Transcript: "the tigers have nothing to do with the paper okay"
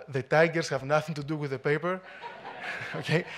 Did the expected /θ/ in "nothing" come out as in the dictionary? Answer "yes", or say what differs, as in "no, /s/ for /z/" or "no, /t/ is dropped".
yes